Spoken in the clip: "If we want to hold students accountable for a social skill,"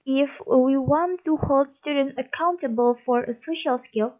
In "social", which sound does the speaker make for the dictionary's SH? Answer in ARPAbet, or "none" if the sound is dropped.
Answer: SH